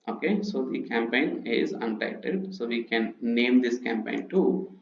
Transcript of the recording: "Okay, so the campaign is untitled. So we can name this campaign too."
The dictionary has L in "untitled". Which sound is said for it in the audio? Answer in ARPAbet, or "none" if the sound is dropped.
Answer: none